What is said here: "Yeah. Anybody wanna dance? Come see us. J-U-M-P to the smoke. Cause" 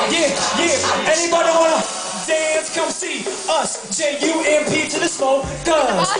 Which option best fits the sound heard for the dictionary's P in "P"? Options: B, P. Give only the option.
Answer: P